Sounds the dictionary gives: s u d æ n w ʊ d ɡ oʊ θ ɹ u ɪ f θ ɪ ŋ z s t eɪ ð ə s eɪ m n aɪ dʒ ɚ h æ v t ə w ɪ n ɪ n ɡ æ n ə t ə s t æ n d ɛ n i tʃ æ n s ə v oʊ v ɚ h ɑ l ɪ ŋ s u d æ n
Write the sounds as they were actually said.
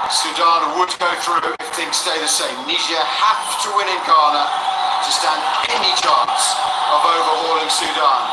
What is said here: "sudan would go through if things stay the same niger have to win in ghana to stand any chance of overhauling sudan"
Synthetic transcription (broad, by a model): s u d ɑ n w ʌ d ɡ oʊ θ ɹ u ɪ f θ ɪ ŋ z s t eɪ ð ə s eɪ m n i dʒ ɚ h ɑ f t ə w ɪ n ɪ n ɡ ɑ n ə t ə s t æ n d ɛ n i tʃ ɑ n s ə v oʊ v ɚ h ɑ l ɪ ŋ s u d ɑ n